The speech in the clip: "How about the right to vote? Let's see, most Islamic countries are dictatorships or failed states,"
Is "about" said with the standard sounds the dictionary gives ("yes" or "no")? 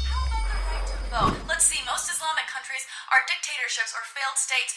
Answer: no